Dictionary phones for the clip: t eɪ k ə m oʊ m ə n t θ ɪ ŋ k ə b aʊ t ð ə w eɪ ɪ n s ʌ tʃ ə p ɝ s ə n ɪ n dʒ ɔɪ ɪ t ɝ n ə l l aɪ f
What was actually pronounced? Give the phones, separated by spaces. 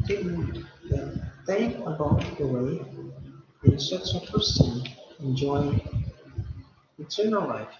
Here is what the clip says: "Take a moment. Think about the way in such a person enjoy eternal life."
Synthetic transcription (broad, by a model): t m ə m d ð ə t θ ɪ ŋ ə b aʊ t ð ə w eɪ ɪ n s ʌ tʃ ə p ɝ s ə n ɪ n dʒ ɔɪ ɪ t ɝ n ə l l aɪ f